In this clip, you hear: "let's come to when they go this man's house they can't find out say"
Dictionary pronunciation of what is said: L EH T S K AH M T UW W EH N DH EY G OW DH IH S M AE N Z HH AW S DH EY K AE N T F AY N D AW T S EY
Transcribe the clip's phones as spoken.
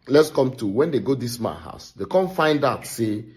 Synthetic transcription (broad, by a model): L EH T S K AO M T UW W EH N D EY G OW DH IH S M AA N HH AW S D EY K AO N F AY N D AW T S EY